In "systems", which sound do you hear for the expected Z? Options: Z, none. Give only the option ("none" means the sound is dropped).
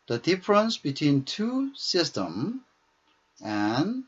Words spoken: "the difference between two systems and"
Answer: none